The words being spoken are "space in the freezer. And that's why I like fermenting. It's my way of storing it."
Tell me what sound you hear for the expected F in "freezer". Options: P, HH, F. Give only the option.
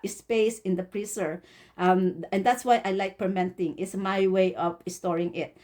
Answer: P